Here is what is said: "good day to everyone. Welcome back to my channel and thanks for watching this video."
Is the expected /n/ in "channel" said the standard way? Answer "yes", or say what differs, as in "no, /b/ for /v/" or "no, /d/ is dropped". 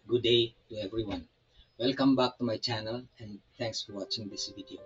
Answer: yes